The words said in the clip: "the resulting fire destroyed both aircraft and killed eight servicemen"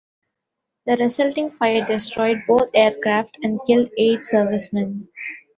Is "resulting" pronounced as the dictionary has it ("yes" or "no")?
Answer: no